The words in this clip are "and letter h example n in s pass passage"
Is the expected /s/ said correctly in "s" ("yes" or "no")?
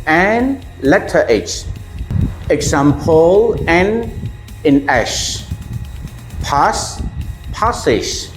no